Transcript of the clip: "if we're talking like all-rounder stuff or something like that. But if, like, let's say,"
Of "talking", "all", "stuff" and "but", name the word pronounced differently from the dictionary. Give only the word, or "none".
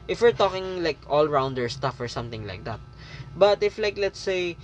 none